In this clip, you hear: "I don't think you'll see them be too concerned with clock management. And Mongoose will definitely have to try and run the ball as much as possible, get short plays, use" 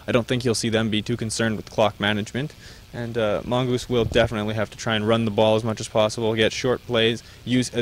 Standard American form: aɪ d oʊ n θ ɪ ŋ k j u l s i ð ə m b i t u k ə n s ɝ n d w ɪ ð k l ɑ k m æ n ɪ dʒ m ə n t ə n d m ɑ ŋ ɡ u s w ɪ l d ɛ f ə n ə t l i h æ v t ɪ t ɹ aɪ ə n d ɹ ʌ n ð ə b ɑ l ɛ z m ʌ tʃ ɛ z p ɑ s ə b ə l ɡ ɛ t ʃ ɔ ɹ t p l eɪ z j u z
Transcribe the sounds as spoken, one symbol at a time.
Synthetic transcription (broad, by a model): aɪ d oʊ n θ ɪ ŋ k j u l s i ð ə m b i t u k ə n s ɝ n d w ɪ ð k l ɑ k m æ n ɪ dʒ m ə n t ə n m ɑ ŋ ɡ u s w ɪ l d ɛ f ə n ə t l i h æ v t ɪ t ɹ aɪ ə n ɹ ʌ n ð ə b ɑ l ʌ z m ʌ tʃ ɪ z p ɑ s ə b l ɡ ɛ t ʃ ɔ ɹ t p l eɪ z j u z